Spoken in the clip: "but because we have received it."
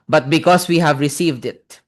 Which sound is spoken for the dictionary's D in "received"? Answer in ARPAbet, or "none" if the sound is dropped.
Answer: D